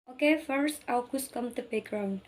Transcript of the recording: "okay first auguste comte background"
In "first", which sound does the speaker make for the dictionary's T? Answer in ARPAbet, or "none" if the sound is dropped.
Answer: T